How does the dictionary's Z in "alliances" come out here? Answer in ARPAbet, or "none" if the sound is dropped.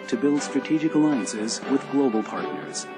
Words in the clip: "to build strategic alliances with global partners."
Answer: Z